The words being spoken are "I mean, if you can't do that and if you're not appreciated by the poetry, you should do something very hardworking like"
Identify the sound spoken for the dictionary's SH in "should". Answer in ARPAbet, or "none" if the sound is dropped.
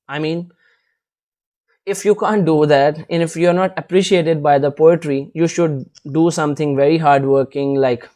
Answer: SH